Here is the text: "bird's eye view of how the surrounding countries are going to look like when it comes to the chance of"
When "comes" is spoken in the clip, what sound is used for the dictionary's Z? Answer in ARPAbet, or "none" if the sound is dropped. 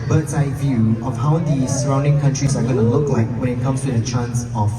S